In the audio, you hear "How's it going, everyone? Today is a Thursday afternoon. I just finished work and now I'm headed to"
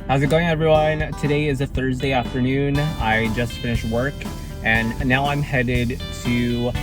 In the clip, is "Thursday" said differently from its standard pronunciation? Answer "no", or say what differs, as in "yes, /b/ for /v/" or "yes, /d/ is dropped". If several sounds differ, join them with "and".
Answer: no